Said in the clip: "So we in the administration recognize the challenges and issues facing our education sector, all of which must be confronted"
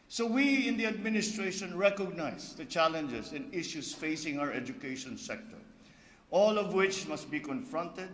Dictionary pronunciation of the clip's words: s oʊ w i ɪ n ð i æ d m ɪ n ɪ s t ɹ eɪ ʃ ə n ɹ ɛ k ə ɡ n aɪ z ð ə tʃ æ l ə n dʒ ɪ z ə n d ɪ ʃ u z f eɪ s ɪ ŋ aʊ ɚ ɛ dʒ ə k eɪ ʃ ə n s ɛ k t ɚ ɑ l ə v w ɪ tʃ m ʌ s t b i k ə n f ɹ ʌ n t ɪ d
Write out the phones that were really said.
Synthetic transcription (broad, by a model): s oʊ w i ɪ n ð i æ d m ɪ n ɪ s t ɹ eɪ ʃ ə n ɹ ɛ k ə ɡ n aɪ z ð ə tʃ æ l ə n dʒ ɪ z ə n d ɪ ʃ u s f eɪ s ɪ ŋ aʊ ɚ ɛ dʒ ə k eɪ ʃ ə n s ɛ k t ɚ ɑ l ə v w ɪ tʃ m ʌ s t b i k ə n f ɹ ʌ n t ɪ d